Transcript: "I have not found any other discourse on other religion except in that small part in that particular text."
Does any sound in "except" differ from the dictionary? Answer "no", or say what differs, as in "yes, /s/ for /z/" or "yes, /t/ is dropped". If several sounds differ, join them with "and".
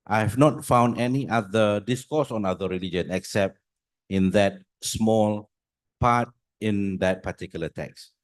no